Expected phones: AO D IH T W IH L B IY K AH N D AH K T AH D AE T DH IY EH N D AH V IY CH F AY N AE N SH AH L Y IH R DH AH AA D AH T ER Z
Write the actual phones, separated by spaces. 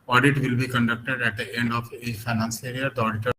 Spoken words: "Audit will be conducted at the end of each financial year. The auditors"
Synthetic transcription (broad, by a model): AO D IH T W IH L B IY K AH N D AH K T AH D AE T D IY EH N D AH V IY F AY N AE N S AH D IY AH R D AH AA D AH T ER